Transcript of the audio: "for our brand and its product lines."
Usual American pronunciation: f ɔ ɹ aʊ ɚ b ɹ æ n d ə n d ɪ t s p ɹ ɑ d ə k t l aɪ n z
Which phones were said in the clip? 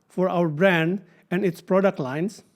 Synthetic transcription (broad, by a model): f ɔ ɹ aʊ ɚ b ɹ æ n d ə n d ɪ t s p ɹ ɑ d ə k t l aɪ n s